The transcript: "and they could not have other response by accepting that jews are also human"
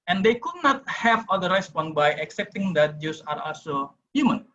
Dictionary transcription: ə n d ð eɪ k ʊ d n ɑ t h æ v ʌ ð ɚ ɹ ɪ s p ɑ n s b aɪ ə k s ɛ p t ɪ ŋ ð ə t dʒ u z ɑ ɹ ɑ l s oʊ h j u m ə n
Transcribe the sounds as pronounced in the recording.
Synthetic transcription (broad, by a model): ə n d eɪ k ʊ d n ɑ t h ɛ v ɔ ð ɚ ɹ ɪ s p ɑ n b aɪ ə k s ɛ p t ɪ ŋ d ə t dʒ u s ɑ ɹ ɑ l s oʊ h j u m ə n